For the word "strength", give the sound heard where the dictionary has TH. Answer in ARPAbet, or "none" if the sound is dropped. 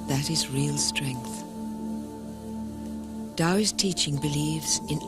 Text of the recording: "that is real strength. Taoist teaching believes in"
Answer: TH